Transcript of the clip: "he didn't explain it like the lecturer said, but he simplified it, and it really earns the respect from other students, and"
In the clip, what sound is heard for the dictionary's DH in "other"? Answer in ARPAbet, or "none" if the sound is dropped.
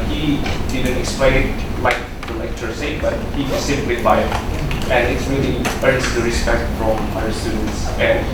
none